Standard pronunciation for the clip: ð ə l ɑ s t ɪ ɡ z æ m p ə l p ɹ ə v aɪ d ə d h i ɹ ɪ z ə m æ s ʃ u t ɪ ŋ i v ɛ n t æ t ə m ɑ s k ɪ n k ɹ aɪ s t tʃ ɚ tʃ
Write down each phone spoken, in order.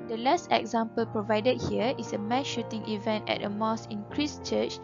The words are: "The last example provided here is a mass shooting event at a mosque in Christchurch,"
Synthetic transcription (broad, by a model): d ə l ɑ s t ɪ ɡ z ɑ m p ə l p ɹ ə v aɪ d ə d h i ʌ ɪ s ə m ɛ ʃ u t ɪ ŋ i v ɛ n t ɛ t ə m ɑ s ɪ n k ɹ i s tʃ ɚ tʃ